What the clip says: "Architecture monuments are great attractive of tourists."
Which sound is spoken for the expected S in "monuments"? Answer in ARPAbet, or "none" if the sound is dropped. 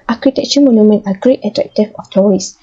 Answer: none